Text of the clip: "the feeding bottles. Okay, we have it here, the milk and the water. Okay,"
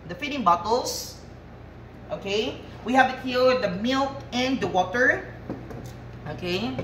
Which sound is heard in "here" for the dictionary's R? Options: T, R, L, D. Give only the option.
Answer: L